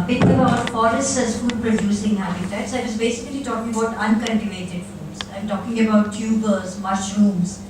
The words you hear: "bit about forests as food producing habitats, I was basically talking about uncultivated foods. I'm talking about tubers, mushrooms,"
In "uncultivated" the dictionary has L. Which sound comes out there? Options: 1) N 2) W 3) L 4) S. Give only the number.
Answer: 1